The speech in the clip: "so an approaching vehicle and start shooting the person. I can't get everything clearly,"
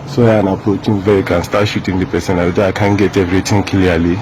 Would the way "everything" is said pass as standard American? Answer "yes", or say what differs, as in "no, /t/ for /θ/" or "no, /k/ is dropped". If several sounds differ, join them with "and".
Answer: no, /t/ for /θ/